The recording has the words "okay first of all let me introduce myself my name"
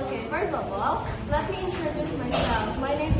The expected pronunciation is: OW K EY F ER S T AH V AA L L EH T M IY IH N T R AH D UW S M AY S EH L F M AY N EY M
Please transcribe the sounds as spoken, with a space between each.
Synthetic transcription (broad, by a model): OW K EY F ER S AH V AA L L EH T M IY IH N T R AH D UW S M AY S EH L F M AY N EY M